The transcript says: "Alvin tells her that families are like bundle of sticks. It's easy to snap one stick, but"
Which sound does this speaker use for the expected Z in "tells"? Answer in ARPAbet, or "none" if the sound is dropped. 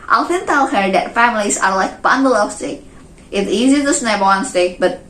none